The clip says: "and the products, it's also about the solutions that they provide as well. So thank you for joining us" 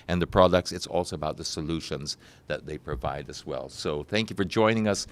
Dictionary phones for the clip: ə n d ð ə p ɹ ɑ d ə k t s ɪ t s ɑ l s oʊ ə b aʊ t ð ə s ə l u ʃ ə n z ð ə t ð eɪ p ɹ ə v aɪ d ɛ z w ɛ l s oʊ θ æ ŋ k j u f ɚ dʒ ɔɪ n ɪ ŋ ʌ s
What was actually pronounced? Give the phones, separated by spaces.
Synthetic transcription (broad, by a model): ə n ð ə p ɹ ɑ d ə k t s ɪ t s ɑ l s oʊ ə b aʊ t ð ə s ə l u ʃ ə n z ð ə t ð eɪ p ɹ ə v aɪ d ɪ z w ɛ l s oʊ θ æ ŋ k j u f ɚ dʒ ɔɪ n ɪ ŋ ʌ s